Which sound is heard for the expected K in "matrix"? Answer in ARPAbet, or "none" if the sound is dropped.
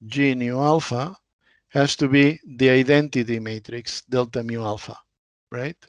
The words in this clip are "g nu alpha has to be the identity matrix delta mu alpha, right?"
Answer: K